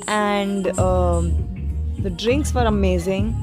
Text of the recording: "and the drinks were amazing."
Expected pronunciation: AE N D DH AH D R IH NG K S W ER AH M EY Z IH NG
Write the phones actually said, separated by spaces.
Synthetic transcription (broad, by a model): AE N D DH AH D R IH NG K S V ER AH M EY Z IH NG